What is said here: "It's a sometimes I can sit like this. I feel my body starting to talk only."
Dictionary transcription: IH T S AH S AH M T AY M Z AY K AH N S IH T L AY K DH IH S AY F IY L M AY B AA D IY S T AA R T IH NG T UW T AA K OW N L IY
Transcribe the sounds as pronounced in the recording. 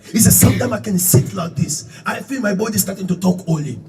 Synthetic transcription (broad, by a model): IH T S AH S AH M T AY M AY K AH N S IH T L AY K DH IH S AY F IY L M AY B AA D IY S T AA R T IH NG T UW T AA K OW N L IY